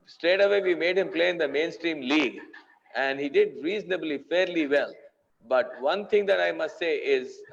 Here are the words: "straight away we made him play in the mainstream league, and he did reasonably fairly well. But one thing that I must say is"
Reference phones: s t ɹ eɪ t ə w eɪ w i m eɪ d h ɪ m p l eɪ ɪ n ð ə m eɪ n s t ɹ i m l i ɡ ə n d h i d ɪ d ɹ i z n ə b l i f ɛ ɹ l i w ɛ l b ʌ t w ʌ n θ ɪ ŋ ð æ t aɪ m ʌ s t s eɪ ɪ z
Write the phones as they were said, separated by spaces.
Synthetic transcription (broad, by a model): s t ɹ eɪ t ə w eɪ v i m eɪ d h ɪ m p l eɪ ɪ n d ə m eɪ n s t ɹ i m l i ɡ ə n d h i d ɪ d ɹ i z n ə b l i f ɛ ɹ l i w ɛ l b ʌ t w ʌ n t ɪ ŋ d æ t aɪ m ʌ s t s eɪ ɪ z